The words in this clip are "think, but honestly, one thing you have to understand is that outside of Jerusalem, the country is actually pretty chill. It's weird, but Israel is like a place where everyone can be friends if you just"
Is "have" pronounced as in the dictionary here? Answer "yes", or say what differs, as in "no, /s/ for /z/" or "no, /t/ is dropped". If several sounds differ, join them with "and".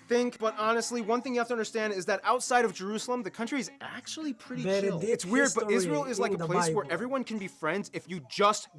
no, /f/ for /v/